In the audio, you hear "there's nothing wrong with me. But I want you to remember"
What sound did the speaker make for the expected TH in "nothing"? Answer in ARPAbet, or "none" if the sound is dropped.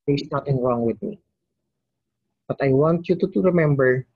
T